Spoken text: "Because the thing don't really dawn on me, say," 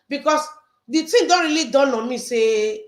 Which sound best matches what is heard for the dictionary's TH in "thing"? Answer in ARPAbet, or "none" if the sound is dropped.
T